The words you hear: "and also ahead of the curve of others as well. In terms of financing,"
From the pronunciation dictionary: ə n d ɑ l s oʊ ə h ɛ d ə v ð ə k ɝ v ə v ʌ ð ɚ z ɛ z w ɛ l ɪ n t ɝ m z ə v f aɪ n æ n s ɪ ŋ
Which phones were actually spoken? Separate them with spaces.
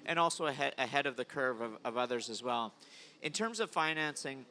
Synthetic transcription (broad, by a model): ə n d ɑ l s oʊ ə h ɛ d ə v ð ə k ɝ v ə v ʌ ð ɚ z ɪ z w ɛ l ɪ n t ɝ m z ə v f aɪ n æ n s ɪ ŋ